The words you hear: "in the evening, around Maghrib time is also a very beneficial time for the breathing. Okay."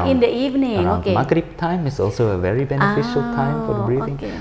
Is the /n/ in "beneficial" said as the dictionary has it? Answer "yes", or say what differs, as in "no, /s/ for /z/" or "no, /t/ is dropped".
yes